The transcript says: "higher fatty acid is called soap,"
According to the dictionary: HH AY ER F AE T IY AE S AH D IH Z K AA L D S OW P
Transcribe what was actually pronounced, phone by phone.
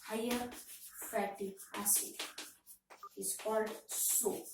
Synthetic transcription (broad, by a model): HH AY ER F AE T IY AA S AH IH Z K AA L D S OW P